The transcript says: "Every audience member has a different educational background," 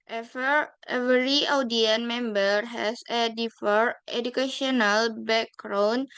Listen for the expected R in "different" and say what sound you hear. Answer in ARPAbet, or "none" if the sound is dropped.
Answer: none